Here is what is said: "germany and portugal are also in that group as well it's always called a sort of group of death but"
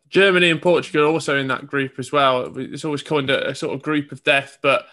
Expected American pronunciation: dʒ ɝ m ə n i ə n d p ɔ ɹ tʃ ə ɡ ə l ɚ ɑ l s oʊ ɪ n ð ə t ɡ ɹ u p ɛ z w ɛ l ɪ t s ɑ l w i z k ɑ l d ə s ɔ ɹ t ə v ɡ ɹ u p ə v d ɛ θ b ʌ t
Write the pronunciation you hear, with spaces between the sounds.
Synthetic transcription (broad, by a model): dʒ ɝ m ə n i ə n p ɔ tʃ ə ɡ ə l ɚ ɑ l s oʊ ɪ n ð ə t ɡ ɹ u p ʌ z w ɛ l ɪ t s ɑ l w i z k ɑ n d ə s ɔ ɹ t ə v ɡ ɹ u p ə v d ɛ θ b ʌ t